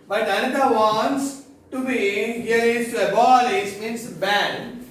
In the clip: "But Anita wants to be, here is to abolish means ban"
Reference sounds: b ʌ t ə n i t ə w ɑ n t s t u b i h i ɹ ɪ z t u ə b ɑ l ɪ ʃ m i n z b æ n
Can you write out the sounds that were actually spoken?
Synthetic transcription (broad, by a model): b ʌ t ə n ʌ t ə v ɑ n t s t u b i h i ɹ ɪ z t u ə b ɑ l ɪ s m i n s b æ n